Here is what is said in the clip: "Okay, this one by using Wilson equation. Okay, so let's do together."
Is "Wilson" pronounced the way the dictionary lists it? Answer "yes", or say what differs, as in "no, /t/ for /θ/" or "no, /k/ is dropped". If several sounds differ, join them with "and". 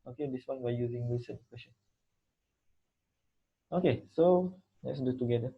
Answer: no, /l/ is dropped